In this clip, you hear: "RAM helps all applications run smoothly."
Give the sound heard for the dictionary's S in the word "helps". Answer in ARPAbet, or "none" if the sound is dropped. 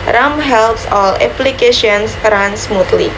S